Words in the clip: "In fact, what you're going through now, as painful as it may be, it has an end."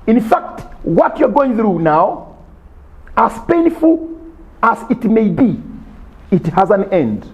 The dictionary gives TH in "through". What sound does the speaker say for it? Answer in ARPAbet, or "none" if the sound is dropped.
TH